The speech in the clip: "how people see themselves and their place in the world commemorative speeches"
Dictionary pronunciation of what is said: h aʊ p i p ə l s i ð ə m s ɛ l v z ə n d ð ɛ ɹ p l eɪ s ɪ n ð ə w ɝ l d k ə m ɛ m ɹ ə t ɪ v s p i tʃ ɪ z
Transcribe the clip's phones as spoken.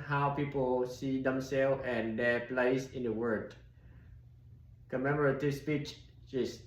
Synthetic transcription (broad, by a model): h aʊ p i p ə l s i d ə m s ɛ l ə n d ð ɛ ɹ p l eɪ s ɪ n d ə w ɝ d k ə m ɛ m ɹ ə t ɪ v s p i tʃ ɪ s